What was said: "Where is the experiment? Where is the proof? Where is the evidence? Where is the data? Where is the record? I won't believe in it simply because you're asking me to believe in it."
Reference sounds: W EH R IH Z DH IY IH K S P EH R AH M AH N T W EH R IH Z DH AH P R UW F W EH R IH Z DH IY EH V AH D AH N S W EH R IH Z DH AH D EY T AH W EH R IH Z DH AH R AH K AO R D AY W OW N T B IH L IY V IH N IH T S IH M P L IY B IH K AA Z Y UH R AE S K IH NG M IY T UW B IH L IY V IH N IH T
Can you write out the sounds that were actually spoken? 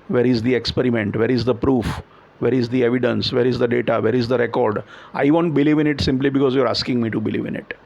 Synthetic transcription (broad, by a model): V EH R IH Z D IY IH K S P EH R AH M AH N T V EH R IH Z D AH P R UW F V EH R IH Z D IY EH V AH D AH N S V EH R IH Z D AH D EY T AH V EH R IH Z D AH R AH K AO R D AY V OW N T B IH L IY V IH N IH T S IH M P L IY B IH K AA Z Y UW R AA S K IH NG M IY T UW B IH L IY V IH N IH T